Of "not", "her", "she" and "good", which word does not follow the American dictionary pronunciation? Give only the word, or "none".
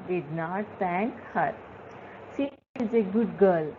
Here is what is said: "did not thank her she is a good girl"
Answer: she